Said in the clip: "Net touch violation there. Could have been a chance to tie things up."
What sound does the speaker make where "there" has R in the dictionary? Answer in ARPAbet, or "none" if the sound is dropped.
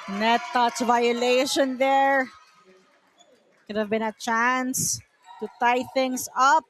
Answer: R